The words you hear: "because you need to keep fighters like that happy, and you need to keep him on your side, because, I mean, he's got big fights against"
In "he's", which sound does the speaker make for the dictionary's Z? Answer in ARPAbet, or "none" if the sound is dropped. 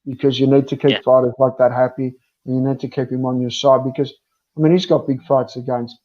Z